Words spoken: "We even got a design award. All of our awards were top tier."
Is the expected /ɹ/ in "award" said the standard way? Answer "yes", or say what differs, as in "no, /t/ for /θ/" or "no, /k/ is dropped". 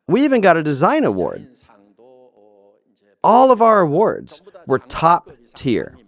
yes